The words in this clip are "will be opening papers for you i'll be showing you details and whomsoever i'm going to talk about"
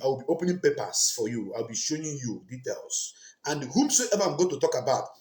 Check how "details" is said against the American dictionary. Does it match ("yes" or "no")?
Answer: no